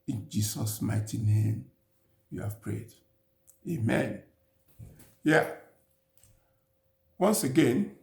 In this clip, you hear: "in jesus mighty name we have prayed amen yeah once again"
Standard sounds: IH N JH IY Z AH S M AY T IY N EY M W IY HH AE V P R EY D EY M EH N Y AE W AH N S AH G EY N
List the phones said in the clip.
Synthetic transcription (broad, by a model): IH N JH IY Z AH S M AY T IY N EY M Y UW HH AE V P R EY D EY M EH N Y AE W AH N S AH G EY N